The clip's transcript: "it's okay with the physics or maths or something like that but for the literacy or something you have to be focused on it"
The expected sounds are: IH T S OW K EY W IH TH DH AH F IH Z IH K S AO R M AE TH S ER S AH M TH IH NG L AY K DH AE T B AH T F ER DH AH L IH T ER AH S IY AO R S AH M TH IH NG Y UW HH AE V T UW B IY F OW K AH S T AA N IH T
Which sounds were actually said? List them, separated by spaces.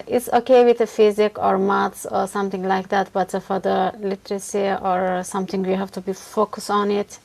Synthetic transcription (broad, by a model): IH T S OW K EY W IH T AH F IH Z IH K AO R M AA T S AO S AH M T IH NG L AY K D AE T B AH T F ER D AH L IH T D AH S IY AO R S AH M T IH NG Y UW HH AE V T UW B IY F OW K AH S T AA N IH T